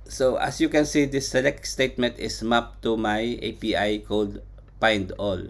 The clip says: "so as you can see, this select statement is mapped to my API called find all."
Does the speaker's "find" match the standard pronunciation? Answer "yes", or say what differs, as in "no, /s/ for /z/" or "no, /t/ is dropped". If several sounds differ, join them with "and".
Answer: no, /p/ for /f/